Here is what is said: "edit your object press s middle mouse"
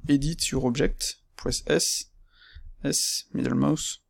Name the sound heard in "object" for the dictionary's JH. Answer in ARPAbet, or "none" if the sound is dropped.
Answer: ZH